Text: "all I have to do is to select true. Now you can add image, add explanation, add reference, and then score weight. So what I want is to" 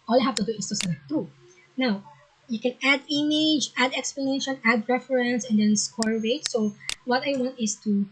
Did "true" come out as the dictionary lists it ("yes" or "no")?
no